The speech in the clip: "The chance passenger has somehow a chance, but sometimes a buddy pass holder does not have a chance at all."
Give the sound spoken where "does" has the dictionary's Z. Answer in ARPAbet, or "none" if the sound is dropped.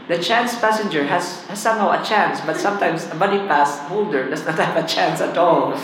S